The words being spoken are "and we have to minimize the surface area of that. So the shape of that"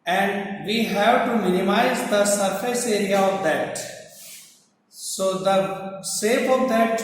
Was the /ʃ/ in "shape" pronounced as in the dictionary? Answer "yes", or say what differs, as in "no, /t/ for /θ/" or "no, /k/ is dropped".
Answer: no, /s/ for /ʃ/